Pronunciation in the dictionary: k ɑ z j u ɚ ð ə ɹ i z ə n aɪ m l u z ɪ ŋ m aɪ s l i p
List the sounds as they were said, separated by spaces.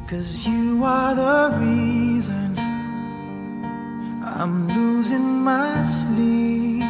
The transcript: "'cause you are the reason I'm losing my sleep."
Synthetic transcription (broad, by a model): k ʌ z j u ɚ ð ə ɹ i z ə n aɪ m l u z ɪ ŋ m aɪ s l i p